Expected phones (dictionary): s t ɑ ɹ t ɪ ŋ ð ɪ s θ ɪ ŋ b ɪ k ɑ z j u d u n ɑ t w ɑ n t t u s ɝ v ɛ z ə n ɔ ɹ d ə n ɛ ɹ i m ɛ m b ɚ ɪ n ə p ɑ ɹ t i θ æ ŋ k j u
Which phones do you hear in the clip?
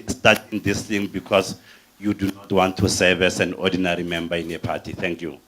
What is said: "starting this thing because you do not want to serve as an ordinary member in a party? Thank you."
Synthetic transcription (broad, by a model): s t ɑ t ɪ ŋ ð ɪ s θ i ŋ b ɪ k ɑ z j u d u n ɑ t w ɑ n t t u s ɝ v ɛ s ə n ɔ d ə n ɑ ɹ i m ɛ m b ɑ ɪ n ə p ɑ t i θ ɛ ŋ k j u